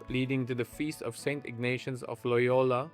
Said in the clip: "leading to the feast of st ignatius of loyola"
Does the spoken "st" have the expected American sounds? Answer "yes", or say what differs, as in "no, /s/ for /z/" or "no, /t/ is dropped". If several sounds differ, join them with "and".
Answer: yes